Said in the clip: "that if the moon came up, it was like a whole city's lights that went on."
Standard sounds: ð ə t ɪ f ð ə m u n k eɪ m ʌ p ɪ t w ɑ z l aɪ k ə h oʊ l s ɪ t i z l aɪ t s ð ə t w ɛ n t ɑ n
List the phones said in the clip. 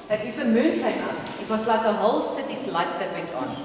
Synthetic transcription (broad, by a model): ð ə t ɪ f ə m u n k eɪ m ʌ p ɪ t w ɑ s l aɪ k ə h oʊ l s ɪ t i s l aɪ t s ð ə t w ɛ n t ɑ n